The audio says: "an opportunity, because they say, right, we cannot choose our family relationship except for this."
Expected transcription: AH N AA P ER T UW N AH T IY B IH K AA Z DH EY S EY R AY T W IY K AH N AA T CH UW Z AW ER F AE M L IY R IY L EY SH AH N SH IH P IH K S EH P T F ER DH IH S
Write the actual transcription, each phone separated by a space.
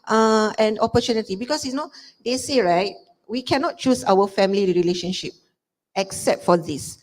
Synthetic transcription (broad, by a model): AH N AA P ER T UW N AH T IY B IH K AA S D EY S EY R AY T W IY K AH N AA T CH UW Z AW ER F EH M L IY R IY L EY SH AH N SH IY P IH K S EH P T F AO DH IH S